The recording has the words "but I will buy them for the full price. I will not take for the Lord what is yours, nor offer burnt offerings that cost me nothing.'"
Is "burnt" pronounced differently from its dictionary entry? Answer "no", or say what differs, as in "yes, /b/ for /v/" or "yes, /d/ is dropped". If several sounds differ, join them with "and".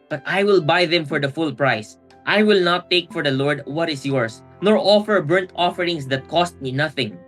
no